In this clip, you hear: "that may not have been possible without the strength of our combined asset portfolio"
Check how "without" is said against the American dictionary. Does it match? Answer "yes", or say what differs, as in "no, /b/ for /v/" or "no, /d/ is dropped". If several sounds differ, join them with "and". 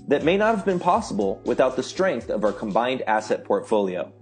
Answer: yes